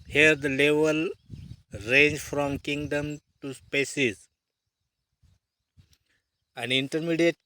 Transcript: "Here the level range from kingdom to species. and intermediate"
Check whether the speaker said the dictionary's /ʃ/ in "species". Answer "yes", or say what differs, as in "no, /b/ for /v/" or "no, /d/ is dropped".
no, /s/ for /ʃ/